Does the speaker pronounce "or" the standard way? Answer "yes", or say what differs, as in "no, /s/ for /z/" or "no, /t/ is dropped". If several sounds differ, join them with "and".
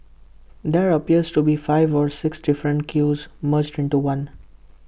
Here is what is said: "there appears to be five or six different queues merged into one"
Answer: yes